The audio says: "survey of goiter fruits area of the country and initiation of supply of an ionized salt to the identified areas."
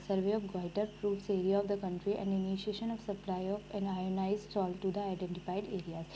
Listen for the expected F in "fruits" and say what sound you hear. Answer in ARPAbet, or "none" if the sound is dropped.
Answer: P